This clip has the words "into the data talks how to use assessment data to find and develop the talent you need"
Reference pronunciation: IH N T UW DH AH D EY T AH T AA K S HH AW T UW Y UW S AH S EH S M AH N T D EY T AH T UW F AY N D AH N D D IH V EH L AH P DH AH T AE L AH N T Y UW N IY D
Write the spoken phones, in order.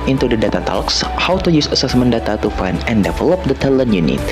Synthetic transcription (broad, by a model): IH N T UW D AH D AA T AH T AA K S HH AW T UW Y UW S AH S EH S M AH N D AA T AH T UW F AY N AH N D D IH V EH L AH P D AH T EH L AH N Y UW N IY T